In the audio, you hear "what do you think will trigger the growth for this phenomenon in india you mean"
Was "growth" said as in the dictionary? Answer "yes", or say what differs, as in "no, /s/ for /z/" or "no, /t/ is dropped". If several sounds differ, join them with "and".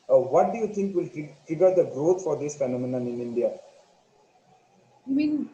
no, /t/ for /θ/